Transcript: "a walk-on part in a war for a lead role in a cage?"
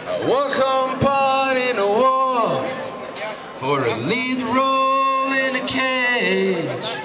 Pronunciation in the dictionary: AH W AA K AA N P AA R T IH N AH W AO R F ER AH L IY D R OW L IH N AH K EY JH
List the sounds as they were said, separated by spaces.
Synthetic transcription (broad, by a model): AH W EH K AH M P AA R T IH N AH W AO F ER AH N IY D R OW L IH N AH K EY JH